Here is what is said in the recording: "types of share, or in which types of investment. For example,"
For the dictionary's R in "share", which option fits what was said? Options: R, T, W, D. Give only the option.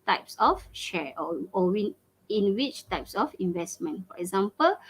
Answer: W